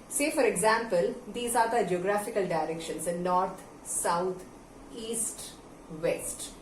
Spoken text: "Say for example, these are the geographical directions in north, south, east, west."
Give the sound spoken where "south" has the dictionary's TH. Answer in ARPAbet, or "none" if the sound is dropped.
T